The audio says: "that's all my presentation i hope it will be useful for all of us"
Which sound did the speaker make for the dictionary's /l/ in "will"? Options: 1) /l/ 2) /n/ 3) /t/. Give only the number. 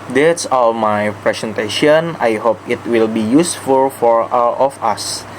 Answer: 1